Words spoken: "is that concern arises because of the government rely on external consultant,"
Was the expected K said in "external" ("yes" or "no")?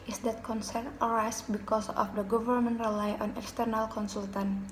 yes